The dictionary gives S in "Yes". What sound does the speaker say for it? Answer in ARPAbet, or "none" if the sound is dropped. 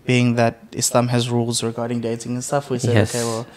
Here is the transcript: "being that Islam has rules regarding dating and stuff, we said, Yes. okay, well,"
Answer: none